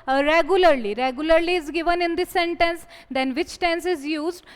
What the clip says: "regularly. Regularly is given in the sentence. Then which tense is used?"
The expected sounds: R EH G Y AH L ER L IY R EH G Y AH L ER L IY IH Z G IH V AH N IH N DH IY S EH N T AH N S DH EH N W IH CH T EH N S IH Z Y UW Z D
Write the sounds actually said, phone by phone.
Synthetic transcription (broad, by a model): R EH G Y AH L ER L IY R EH G Y AH L ER L IY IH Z G IH V AH N IH N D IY S EH N T AH N S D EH N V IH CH T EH N S IH Z Y UW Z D